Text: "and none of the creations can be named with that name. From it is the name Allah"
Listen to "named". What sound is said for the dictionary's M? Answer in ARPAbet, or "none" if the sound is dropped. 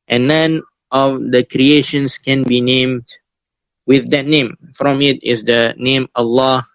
M